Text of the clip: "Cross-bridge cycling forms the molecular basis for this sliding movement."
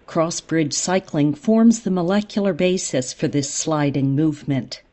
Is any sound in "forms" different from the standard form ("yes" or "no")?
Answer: no